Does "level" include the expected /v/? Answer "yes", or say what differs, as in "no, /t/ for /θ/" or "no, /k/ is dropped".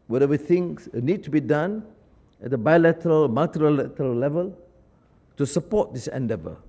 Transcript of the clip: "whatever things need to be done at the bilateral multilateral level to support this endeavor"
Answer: yes